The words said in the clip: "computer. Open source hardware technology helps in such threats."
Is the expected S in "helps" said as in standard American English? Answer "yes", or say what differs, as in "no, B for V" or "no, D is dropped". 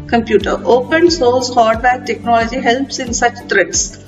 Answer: yes